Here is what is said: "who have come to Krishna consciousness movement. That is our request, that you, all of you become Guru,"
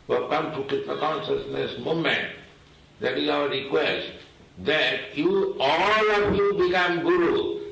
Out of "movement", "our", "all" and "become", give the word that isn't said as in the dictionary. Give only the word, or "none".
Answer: movement